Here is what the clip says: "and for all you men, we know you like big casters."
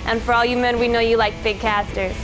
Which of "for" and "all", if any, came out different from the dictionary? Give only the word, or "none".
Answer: none